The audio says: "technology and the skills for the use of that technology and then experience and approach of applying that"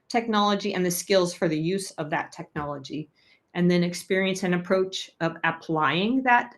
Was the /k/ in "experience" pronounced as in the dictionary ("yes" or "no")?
yes